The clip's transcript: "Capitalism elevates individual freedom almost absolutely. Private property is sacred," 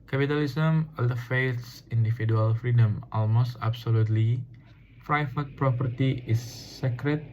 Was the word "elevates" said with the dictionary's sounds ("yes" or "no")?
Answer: no